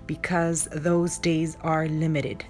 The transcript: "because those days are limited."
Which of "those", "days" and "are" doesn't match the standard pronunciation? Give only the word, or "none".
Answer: none